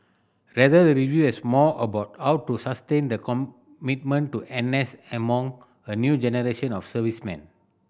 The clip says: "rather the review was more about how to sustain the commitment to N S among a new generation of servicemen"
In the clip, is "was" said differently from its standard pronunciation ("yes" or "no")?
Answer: yes